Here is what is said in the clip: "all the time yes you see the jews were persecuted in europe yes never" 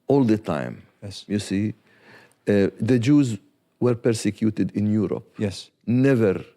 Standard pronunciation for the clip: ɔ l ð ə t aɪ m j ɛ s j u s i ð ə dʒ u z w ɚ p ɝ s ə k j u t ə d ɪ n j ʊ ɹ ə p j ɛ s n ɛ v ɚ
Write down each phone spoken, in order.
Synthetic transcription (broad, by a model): ɔ l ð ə t aɪ m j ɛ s j u s i ð ə dʒ u z w ɚ p ɝ s ə k j u t ə d ɪ n j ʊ ɹ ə p j ɛ s n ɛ v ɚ